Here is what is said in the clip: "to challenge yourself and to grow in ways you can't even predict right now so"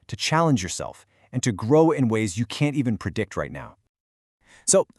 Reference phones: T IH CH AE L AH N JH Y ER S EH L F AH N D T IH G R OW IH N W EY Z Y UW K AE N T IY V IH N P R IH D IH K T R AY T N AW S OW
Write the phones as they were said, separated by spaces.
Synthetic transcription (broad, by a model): T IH CH AE L AH N JH Y ER S EH L F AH N T IH G R OW IH N W EY Z Y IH K AE N T IY V IH N P R IH D IH K T R AY T N AW S OW